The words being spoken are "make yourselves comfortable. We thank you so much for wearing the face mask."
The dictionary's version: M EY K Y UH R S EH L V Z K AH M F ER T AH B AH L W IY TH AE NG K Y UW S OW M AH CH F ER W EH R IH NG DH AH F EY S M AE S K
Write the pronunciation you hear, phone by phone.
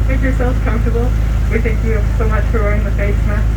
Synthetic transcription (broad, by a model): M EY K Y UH R S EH L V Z K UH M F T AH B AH L W IY TH AE NG K Y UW S OW M AH CH F ER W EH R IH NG DH AH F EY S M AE